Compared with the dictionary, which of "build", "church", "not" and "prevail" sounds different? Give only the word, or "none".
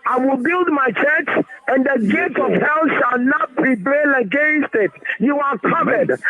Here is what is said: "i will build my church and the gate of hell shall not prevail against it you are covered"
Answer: prevail